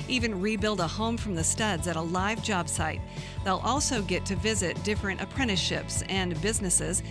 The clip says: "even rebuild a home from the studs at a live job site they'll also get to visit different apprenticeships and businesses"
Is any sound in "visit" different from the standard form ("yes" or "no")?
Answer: no